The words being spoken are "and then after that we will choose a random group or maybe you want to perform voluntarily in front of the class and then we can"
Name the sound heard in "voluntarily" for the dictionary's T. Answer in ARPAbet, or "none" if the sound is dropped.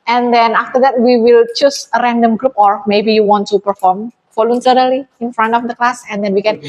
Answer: S